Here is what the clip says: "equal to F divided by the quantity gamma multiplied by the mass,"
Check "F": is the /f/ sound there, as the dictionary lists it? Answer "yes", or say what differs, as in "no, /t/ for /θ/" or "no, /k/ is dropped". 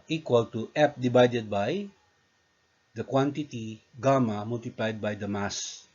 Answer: no, /p/ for /f/